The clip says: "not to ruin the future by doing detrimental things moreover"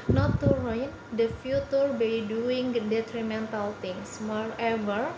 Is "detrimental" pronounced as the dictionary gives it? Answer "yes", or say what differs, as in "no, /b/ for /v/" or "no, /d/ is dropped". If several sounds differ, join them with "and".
yes